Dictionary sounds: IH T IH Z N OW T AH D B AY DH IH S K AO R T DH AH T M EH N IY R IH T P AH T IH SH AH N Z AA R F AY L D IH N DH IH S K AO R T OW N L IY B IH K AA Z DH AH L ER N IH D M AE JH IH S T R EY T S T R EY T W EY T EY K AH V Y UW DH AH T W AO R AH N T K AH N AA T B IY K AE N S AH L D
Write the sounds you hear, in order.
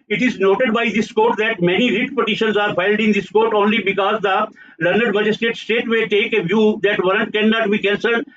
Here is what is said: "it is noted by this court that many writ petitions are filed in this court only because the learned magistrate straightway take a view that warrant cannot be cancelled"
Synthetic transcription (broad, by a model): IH T IH Z N OW T AH D B AY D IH S K AO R T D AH T M EH N IY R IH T P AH T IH SH AH N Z AA R F AY L D IH N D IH S K AO R T OW N L IY B IH K AA Z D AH L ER N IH D M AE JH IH S T EY T S T EY T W EY T EY K AH V Y UW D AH T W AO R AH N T K AH N AA T B IY K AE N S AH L